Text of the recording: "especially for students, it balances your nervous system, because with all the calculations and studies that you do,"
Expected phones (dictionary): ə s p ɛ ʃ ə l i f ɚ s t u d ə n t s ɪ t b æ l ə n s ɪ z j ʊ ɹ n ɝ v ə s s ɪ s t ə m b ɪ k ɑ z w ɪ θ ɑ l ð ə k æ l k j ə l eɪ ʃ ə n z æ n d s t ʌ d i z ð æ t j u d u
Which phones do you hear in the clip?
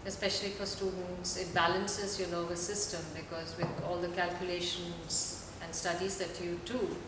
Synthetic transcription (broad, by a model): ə s p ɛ ʃ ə l i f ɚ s t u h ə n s ɪ t b æ l ə n s ɪ z j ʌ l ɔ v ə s s ɪ s t ə m b ɪ k ɑ z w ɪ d ɑ l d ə k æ l k j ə l eɪ ʃ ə n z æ n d s t ʌ d i z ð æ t j u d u